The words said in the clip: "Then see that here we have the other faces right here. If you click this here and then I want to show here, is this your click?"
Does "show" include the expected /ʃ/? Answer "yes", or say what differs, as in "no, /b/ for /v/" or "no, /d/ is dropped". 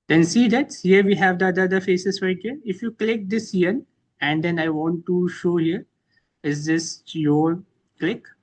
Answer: yes